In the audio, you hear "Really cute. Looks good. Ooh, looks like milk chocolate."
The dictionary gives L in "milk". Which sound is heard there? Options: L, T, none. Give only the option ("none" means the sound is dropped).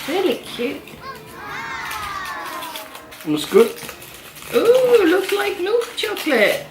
none